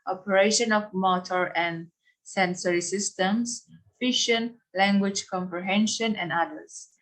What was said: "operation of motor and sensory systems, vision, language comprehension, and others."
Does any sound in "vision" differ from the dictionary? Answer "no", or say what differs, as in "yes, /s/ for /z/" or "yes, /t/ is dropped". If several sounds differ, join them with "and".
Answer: yes, /ʃ/ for /ʒ/